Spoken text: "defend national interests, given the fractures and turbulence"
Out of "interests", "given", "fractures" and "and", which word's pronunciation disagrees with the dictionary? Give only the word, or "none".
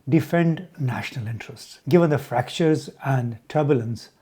none